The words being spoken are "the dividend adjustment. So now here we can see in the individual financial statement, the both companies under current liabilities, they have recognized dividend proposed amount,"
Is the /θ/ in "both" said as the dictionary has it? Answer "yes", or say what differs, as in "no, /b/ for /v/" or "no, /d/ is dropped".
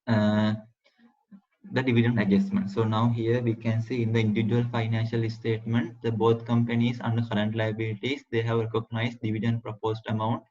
no, /t/ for /θ/